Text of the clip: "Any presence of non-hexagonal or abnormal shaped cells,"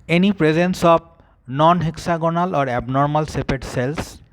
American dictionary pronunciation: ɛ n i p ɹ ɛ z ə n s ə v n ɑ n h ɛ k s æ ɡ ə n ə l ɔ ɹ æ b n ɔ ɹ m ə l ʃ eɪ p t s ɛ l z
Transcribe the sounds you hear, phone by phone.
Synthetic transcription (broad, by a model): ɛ n i p ɹ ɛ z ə n s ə b n ɑ n h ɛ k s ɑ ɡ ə n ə l ɔ ɹ æ b n ɔ ɹ m ə l s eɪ p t s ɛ l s